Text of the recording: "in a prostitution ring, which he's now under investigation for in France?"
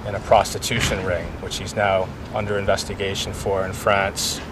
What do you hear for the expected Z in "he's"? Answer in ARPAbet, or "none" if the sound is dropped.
Z